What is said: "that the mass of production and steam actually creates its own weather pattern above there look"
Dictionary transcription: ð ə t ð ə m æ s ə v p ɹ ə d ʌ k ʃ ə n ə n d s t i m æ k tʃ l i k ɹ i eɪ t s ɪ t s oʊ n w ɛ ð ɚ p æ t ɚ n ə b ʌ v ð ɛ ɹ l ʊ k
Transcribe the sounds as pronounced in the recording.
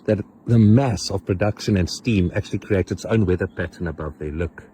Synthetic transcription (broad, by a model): ð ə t ð ə m æ s ə v p ɹ ə d ʌ k ʃ ə n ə n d s t i m æ k tʃ l i k ɹ i eɪ t s ɪ t s oʊ n w ɛ ð ɚ p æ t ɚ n ə b ʌ v ð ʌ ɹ l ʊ k